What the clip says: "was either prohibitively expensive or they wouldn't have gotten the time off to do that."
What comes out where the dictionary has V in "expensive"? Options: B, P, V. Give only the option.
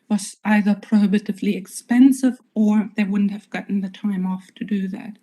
V